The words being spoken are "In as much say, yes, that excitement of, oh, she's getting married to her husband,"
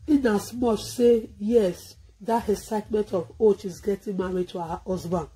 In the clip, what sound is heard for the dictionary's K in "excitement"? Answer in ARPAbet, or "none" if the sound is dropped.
none